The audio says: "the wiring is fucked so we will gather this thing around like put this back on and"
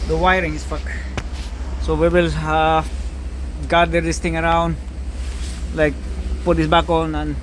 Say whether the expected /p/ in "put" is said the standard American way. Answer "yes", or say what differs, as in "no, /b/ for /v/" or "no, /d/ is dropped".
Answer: yes